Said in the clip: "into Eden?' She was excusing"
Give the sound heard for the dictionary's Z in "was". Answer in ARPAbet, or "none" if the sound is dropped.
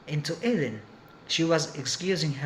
Z